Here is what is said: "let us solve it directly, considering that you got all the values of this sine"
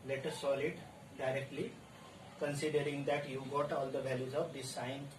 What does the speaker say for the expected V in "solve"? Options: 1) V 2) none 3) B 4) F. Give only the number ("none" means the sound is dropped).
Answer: 2